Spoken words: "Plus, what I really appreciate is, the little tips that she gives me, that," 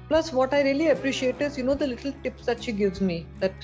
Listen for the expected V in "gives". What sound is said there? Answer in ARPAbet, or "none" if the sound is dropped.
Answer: V